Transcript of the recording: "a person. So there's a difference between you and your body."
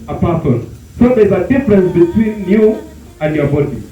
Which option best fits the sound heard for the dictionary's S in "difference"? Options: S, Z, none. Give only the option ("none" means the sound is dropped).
S